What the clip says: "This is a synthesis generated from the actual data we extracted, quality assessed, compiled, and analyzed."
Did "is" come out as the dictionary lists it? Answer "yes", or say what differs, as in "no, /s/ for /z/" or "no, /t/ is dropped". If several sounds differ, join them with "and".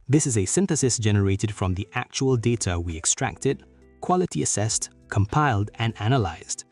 yes